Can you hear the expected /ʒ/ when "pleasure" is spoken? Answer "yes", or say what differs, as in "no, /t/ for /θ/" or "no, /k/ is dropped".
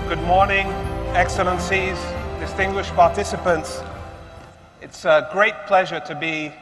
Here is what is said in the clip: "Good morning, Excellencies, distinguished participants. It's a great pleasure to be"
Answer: yes